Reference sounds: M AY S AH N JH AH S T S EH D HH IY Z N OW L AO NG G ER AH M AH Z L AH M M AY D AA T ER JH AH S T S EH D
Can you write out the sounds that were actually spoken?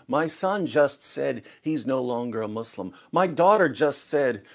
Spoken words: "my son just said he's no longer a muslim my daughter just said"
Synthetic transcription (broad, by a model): M AY S AH N JH AH S T S EH D HH IY Z N OW L AO NG G ER AH M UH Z L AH M M AY D AA T ER JH AH S T S EH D